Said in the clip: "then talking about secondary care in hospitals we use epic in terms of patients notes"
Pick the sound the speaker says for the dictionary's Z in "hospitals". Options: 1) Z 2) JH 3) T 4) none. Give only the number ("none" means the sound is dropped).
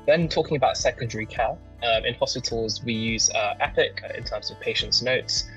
1